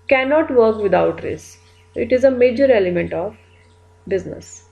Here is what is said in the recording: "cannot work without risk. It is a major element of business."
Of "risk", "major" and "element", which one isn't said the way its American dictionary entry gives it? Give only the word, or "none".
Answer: risk